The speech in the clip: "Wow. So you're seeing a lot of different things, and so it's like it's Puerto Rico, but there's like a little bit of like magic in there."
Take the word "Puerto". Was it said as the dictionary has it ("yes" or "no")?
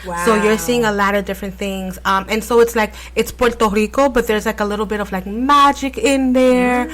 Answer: yes